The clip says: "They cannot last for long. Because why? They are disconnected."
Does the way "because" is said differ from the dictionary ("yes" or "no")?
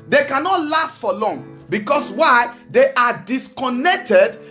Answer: yes